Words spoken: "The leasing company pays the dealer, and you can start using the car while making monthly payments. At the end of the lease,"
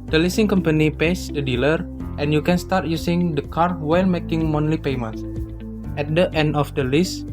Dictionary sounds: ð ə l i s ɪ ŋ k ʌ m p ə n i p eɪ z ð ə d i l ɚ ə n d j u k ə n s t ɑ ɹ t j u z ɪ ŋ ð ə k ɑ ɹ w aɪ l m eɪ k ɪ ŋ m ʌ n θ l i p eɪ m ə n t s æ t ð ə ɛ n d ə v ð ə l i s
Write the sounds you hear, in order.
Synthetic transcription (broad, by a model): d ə l i s ɪ ŋ k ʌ m p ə n i p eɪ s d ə d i l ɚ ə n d j u k ə n s t ɑ ɹ t j u s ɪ ŋ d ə k ɑ ɹ w aɪ l m eɪ k ɪ ŋ m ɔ n l i p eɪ m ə n t ɛ t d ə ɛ n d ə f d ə l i s